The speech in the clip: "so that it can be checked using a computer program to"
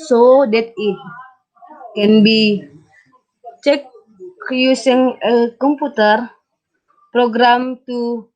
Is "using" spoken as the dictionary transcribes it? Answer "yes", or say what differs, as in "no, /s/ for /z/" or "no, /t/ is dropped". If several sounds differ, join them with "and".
no, /s/ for /z/